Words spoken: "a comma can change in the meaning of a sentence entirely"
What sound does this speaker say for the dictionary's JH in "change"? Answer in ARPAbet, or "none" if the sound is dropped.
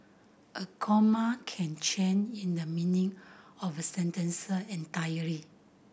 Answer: none